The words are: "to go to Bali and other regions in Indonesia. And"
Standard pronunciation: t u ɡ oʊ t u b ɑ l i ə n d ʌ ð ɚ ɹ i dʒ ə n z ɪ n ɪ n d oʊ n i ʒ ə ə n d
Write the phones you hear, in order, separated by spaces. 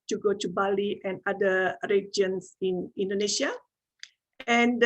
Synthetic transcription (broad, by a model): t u ɡ oʊ t u b ɑ l i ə n d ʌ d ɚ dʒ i ə n s ɪ n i n d oʊ n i ʃ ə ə n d